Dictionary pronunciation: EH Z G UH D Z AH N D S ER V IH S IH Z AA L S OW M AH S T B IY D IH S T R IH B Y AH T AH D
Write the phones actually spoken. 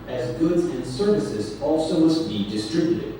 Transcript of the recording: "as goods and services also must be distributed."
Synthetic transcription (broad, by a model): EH Z G UH D Z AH N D S ER V IH S IH Z AA L S OW M AH S T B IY D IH S T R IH B Y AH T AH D